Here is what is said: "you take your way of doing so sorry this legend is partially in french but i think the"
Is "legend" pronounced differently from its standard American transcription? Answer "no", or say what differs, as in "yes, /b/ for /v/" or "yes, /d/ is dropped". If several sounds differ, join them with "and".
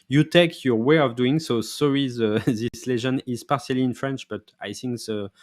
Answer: yes, /ʒ/ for /dʒ/ and /d/ is dropped